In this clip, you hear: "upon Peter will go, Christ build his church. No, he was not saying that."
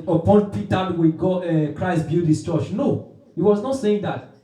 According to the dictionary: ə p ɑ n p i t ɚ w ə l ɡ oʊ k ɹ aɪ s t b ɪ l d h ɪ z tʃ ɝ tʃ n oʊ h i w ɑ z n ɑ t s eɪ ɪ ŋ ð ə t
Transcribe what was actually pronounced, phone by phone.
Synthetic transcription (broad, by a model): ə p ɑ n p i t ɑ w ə ɡ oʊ k ɹ aɪ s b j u d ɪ s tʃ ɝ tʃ n oʊ h i w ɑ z n ɑ t s eɪ ɪ ŋ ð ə t